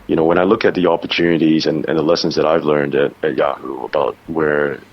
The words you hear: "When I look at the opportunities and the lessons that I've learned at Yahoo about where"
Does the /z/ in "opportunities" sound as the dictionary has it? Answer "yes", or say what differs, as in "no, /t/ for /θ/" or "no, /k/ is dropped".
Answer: yes